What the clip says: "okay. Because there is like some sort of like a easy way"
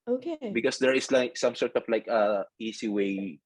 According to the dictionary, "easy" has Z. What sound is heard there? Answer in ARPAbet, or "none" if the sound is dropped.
S